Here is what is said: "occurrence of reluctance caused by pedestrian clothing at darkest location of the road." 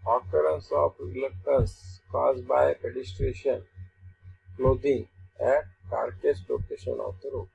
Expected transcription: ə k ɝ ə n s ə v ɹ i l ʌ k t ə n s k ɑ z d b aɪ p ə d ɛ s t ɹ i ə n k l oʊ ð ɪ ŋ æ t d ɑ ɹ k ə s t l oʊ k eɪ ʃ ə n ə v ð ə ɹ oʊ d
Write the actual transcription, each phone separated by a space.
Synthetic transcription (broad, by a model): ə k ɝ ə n s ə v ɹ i l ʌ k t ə s k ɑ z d b aɪ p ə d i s t ɹ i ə n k l oʊ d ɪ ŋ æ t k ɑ ɹ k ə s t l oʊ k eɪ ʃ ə n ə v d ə ɹ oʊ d